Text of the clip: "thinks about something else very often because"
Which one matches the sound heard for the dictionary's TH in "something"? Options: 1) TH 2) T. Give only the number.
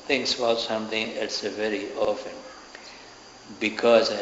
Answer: 2